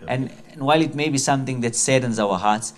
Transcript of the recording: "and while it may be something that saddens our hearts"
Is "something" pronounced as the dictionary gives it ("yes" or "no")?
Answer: no